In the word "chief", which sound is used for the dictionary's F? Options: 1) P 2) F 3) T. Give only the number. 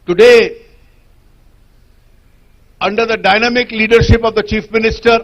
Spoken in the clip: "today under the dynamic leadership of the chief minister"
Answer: 2